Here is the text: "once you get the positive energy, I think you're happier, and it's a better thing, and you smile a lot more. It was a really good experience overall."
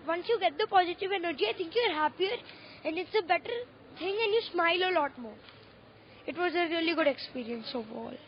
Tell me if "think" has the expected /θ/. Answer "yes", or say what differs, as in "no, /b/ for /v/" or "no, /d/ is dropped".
no, /t/ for /θ/